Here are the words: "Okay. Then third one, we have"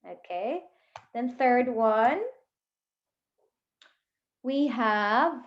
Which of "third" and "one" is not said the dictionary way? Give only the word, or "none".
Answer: none